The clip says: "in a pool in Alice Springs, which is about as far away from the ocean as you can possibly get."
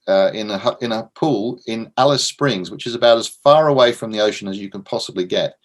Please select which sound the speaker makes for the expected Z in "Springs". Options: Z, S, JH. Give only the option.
Z